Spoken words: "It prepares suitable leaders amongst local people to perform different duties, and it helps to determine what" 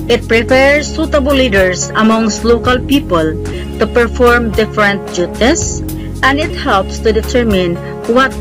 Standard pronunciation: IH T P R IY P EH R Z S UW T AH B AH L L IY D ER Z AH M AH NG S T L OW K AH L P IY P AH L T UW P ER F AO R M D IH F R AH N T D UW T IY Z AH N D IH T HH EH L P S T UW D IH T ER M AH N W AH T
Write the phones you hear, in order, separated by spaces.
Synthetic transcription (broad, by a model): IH T P R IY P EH R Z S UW T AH B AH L L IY D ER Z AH M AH NG S T L OW K AH L P IY P AH L T UW P ER F AO R M D IH F R AH N T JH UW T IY S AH N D IH T HH EH L P S T UW D IH T ER M AH N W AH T